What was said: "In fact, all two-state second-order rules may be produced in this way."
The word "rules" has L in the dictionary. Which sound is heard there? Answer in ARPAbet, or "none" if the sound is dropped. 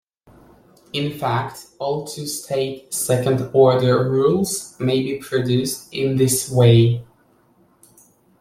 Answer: L